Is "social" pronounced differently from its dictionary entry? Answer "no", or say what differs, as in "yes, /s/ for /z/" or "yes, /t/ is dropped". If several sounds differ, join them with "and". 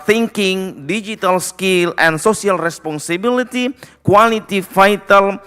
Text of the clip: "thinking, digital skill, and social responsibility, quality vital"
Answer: yes, /s/ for /ʃ/